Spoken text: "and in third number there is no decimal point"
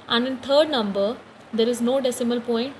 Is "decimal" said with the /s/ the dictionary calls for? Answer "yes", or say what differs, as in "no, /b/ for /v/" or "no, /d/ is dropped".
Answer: yes